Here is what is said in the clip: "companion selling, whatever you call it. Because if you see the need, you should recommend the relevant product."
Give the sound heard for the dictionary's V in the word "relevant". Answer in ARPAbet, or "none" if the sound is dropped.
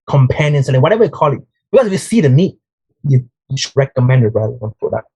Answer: none